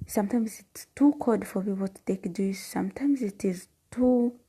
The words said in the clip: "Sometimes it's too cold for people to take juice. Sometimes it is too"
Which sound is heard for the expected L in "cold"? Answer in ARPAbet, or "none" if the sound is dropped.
none